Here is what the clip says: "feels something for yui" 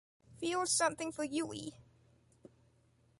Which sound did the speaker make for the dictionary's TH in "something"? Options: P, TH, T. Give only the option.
TH